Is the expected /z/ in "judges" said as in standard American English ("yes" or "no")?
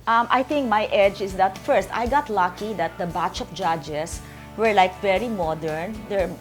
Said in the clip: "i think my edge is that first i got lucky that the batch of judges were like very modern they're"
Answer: no